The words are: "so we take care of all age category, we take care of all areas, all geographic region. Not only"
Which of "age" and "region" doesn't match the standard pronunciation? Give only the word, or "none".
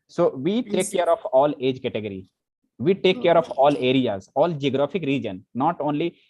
none